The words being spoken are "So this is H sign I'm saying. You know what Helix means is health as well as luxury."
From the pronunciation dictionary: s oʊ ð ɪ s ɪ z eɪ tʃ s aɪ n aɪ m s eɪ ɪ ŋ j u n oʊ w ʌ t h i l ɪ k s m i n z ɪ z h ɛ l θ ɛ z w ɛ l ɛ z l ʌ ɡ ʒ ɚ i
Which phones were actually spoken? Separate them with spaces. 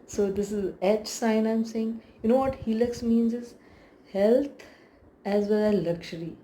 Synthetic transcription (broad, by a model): s oʊ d ɪ s ɪ z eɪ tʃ s aɪ n aɪ m s eɪ ɪ ŋ j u n oʊ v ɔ t h i l ɪ k s m i n z ɪ z h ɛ l t ɛ z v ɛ l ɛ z l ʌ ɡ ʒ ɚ i